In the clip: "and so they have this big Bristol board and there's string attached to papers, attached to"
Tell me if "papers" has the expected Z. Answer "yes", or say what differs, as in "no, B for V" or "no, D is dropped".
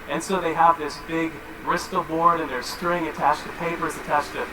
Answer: yes